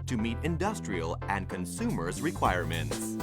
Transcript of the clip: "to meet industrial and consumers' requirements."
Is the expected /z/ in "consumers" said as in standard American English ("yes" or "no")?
yes